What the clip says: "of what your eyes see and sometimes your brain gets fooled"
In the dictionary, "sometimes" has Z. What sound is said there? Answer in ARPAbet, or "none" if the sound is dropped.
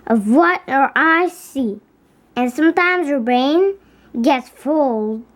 Z